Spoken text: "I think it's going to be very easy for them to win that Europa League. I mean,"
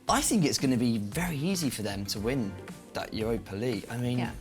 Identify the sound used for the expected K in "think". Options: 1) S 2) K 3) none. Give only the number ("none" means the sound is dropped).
2